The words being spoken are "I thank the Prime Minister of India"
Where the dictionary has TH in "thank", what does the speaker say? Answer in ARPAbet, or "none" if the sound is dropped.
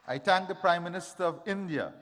T